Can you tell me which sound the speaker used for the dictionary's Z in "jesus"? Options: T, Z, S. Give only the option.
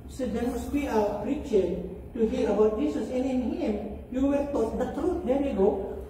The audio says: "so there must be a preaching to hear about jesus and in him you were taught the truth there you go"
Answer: S